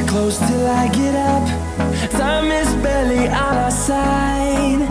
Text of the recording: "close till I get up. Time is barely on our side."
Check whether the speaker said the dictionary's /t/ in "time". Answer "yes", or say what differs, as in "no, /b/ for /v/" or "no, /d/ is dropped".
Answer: no, /s/ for /t/